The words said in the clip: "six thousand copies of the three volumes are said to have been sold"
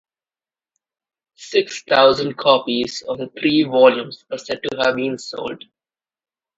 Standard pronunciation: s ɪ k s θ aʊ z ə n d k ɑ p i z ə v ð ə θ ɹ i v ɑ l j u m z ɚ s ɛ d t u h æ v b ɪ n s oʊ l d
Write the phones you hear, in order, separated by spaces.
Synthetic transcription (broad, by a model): s ɪ k s t aʊ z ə n d k ɑ p i z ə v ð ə t ɹ i v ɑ l j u m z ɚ s ɛ d t u h æ v b ɪ n s oʊ l d